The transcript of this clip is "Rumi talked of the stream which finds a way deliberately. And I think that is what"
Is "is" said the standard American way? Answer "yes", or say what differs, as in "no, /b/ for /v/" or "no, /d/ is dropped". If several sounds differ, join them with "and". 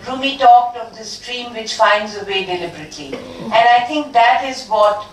yes